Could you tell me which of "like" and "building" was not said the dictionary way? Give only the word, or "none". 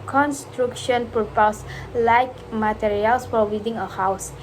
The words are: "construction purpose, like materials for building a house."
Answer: building